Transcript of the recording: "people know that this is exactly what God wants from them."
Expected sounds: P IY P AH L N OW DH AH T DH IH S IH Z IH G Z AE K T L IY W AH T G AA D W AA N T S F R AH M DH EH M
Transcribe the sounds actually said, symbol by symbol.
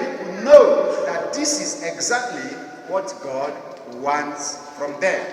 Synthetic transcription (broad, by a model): N OW DH AH T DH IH S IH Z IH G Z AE K T L IY W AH T G AA D W AA N T S F R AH M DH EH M